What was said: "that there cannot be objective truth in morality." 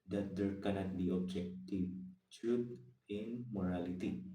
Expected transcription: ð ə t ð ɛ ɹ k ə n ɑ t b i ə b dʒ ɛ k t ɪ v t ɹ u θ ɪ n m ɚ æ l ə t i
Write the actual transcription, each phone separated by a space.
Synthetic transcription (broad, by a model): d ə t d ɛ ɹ k ə n ɑ t b i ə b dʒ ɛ k t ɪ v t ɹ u t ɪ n m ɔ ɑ l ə t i